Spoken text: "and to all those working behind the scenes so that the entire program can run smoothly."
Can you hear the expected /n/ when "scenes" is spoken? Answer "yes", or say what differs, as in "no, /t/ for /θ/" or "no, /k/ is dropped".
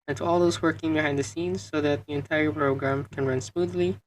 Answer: yes